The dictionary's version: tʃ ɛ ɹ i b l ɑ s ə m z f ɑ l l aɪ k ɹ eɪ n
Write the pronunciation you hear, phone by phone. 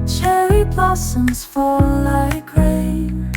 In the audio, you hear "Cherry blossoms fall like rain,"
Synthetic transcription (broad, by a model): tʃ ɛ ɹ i b l ɑ s ə m z f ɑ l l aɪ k ɹ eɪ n